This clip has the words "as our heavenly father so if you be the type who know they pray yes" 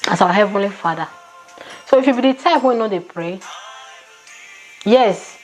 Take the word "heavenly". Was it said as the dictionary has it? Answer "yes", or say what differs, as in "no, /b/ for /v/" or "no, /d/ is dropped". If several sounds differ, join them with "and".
yes